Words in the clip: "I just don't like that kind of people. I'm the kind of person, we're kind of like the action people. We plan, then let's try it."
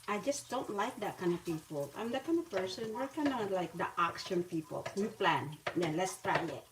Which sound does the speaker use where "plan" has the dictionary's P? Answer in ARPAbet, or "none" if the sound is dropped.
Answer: P